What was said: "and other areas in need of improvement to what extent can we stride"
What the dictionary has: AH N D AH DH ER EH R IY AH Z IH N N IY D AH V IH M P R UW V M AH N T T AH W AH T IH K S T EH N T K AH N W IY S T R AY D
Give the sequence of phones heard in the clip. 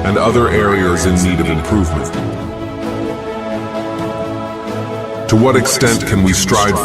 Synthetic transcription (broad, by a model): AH N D AH DH ER EH R IY AH Z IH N N IY D AH V IH M P R UW V M AH N T T AH W AH T IH K S T EH N T K AH N W IY S T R AY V